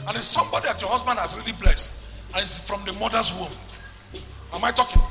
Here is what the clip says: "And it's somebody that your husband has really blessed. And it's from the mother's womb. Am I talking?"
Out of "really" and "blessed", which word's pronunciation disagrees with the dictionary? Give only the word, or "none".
none